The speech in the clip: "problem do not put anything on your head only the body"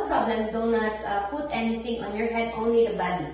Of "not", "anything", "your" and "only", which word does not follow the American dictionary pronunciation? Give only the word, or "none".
anything